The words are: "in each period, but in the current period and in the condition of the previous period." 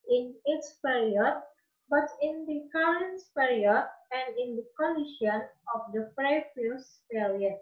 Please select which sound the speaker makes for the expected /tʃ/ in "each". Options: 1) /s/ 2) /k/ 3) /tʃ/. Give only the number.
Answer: 1